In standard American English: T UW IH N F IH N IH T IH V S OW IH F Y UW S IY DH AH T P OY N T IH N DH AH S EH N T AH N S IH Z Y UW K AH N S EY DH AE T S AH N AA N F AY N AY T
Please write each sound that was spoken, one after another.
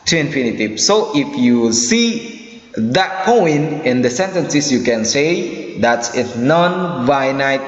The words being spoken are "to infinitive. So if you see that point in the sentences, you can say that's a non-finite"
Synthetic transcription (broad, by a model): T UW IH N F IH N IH T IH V S OW IH F Y UW S IY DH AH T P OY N IH N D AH S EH N T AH N S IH S Y UW K AH N S EY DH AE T S AH N AA N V AY N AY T